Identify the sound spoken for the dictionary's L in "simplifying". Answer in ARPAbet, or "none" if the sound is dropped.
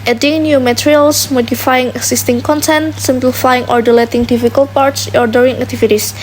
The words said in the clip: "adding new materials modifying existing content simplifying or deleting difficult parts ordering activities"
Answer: L